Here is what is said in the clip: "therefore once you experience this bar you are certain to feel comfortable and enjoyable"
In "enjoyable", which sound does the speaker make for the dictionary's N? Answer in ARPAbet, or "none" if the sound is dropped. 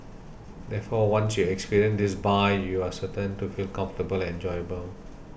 N